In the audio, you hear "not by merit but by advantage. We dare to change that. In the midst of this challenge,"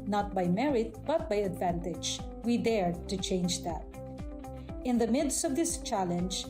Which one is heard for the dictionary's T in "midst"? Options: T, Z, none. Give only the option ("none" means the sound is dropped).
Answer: T